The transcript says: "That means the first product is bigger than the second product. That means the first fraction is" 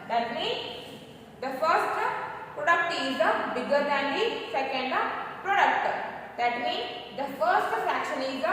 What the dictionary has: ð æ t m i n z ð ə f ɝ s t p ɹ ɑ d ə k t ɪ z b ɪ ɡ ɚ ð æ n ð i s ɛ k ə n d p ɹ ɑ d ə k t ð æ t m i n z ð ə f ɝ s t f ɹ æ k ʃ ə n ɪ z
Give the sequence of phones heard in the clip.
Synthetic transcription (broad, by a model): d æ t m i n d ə f ɝ s t p ɹ ɑ d ə k t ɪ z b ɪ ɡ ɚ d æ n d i s ɛ k ə n d p ɹ ɑ d ə k t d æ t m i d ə f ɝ s t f æ k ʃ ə n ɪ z